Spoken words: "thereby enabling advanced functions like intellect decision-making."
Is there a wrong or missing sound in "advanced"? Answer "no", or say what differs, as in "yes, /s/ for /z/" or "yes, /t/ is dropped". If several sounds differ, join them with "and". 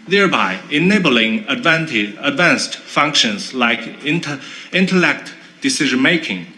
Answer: no